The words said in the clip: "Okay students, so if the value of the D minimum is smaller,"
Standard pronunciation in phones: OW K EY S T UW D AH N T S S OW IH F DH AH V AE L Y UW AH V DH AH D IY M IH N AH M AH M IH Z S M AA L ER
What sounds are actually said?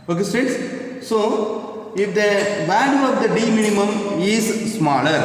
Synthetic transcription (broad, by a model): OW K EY S T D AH T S S OW IH F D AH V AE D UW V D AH D IY M IH N AH M AH M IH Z S M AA L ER